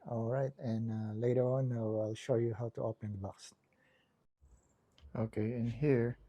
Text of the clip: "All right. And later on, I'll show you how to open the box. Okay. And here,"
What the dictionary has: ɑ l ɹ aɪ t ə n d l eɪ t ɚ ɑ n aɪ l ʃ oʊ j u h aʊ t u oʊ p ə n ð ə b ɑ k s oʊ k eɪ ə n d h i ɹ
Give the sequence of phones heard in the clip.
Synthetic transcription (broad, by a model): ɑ l ɹ aɪ t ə n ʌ l eɪ t ɚ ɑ n aɪ l ʃ oʊ j u h aʊ t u oʊ p ə n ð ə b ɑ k s oʊ k eɪ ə n h i ɹ